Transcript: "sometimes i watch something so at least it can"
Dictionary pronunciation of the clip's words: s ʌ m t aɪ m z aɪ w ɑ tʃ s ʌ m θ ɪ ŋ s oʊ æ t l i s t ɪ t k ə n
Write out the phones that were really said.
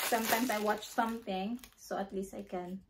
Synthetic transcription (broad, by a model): s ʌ m t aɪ m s aɪ w ɑ tʃ s ʌ m θ ɪ ŋ s oʊ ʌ t l i s t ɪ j k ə n